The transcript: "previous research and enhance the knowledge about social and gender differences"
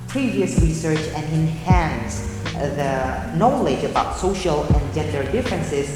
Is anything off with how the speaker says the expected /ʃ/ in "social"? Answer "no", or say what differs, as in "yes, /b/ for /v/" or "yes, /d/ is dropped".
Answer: no